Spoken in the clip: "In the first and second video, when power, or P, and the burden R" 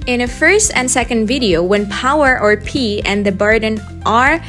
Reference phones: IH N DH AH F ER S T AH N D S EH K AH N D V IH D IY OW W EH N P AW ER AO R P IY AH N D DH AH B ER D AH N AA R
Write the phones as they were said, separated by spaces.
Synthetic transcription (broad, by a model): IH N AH F ER S T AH N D S EH K AH N D V IH D IY OW W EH N P AW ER AO R P IY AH N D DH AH B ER D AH N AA R